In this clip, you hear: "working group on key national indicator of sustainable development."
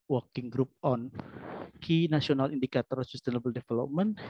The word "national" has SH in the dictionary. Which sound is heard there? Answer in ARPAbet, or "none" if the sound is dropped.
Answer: S